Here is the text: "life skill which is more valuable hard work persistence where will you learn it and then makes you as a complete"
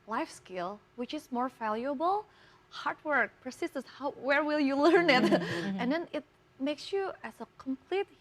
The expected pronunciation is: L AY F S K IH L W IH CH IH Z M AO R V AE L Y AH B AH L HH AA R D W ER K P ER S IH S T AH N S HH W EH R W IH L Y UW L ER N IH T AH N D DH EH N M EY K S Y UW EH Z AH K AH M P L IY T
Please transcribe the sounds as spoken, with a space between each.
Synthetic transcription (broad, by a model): L AY F S K IH L W IH CH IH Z M AO R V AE L Y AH B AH L HH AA R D W ER K P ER S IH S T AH S HH W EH R W IH L Y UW L ER N IH T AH N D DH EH N M EY K S Y UW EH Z AH K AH M P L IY T